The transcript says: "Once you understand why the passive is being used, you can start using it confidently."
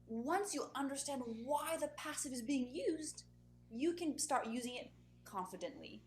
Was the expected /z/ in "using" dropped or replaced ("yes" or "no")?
no